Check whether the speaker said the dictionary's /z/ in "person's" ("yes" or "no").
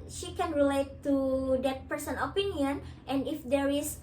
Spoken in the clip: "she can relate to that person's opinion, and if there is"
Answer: no